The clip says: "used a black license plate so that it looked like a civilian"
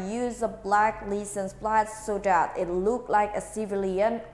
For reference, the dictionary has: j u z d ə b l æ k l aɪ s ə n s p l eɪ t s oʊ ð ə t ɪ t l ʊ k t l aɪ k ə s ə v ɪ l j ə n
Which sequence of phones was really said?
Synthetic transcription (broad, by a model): j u z ə b l æ k l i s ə n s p l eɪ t s oʊ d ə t ɪ t l ʊ k t l aɪ k ə s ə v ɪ l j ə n